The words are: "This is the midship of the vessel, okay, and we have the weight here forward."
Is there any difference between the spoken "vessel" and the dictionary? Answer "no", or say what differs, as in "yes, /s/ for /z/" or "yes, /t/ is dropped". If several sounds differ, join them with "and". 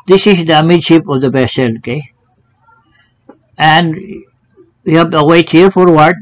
yes, /b/ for /v/